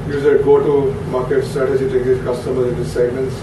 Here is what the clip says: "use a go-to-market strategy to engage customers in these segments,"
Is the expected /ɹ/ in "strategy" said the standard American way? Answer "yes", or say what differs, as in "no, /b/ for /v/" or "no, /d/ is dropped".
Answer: no, /ɹ/ is dropped